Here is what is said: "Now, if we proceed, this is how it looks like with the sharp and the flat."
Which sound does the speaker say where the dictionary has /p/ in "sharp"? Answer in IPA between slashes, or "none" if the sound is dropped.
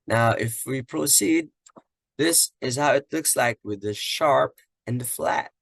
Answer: /p/